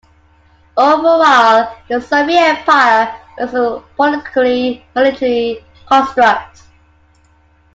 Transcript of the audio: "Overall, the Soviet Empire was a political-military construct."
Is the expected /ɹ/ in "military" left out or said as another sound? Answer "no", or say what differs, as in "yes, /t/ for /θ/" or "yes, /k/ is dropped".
yes, /l/ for /ɹ/